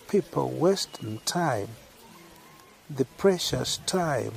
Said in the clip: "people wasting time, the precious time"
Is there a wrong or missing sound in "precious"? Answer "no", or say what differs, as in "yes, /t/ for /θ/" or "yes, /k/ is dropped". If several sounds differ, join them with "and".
no